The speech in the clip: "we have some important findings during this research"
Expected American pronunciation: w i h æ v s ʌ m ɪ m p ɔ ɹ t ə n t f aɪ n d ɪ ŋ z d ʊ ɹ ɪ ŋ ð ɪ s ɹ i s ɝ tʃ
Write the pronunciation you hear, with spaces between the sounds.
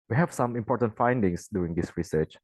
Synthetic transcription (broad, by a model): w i h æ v s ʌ m ɪ m p ɔ ɹ t ə n t f aɪ n d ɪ ŋ s d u ɪ ŋ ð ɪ s ɹ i s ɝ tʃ